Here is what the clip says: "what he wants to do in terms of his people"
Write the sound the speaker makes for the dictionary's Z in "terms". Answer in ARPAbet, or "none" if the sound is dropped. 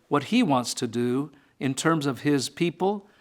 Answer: Z